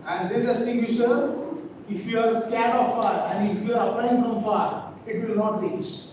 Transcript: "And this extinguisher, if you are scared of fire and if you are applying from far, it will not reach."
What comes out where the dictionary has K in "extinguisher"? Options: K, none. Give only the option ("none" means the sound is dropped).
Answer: none